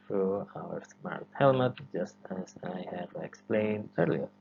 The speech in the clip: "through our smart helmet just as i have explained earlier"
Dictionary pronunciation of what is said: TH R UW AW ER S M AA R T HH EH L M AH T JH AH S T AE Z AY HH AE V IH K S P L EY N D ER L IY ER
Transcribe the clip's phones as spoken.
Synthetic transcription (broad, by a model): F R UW AW ER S M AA R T HH EH L M AH T JH AH S T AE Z AY HH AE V IH K S P L EY N D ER L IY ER